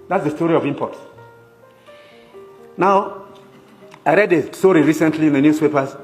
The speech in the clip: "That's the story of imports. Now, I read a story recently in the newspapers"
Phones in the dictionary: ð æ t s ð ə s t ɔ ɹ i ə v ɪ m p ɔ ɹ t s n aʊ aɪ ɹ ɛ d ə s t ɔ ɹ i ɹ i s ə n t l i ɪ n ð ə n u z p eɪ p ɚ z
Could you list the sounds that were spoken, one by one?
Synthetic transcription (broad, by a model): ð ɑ t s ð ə s t ɔ ɹ i ə v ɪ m p ɔ t n aʊ aɪ ɹ ɛ d ə s t ɔ ɹ i ɹ i s ə n t l i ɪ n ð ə n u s p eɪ p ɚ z